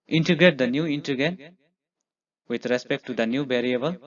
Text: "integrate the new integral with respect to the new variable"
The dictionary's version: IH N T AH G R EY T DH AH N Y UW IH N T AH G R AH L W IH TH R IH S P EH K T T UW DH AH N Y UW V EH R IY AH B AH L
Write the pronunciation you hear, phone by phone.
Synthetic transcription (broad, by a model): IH N T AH G R EY T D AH N Y UW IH N T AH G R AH N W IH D R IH S P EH K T T UW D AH N Y UW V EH R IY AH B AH L